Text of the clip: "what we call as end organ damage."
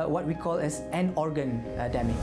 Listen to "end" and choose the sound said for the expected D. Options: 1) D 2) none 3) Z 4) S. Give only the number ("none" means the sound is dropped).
2